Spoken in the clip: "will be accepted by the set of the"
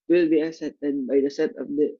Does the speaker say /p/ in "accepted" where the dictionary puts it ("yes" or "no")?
no